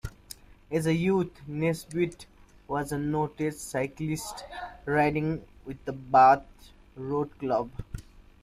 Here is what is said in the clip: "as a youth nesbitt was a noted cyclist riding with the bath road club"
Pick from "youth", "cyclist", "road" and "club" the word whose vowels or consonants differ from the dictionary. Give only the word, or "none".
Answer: youth